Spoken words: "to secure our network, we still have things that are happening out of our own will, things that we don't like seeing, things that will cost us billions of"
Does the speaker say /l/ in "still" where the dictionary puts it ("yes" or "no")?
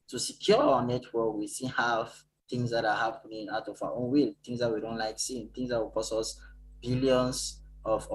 no